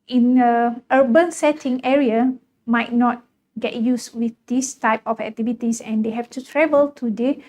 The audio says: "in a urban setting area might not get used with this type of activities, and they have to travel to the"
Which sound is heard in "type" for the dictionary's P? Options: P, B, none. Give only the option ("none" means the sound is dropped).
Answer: P